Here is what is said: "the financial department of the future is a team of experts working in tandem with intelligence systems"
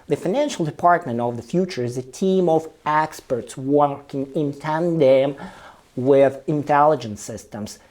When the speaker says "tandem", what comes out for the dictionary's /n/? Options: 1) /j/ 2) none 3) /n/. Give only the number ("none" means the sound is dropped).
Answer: 3